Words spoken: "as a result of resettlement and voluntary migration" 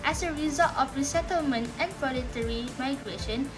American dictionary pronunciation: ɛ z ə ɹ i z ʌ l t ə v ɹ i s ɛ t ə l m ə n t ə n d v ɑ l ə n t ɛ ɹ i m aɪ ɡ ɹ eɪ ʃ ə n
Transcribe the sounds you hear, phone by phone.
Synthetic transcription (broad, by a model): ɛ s ə ɹ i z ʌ l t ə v ɹ i s ɛ t ə l m ə n t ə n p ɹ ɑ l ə t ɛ ɹ i m aɪ ɡ ɹ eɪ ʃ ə n